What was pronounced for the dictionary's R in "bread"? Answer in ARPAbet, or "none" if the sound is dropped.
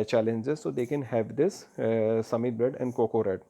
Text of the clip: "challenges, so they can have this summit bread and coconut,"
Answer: none